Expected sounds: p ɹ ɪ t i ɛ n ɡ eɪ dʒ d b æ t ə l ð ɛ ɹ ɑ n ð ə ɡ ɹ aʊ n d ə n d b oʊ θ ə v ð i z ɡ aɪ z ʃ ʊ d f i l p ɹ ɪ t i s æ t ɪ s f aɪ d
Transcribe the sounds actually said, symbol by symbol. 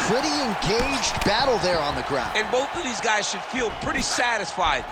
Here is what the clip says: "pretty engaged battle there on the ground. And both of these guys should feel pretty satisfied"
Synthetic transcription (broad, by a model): p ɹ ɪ t i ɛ n ɡ eɪ dʒ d b æ t l ð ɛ ɹ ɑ n ð ə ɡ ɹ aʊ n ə n b oʊ θ ə v ð i z ɡ aɪ z ʃ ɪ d f i l p ɹ ɪ t i s æ t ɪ s f aɪ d